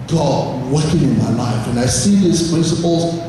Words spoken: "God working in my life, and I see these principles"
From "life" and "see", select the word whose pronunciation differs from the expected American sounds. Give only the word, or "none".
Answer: none